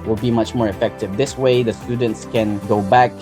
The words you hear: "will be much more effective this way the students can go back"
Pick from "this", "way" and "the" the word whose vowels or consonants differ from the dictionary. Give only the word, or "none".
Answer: none